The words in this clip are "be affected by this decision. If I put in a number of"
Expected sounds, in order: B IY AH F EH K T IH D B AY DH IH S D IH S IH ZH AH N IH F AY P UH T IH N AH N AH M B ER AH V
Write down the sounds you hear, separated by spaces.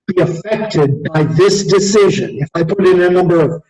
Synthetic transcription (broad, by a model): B IY AH F EH K T IH D B AY DH IH S D IH S IH ZH AH N IH F AY P UH T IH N AH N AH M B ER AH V